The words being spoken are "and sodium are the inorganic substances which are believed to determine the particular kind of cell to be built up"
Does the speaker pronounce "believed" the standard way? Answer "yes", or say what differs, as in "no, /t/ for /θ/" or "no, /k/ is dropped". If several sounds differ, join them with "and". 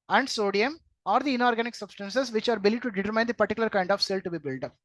no, /v/ is dropped